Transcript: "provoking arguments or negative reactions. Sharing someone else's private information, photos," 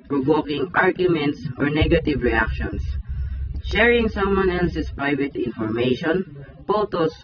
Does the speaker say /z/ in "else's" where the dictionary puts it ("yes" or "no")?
no